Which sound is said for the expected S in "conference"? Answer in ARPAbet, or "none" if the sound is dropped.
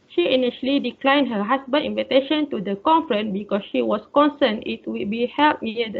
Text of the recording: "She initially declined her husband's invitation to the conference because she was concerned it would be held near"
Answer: none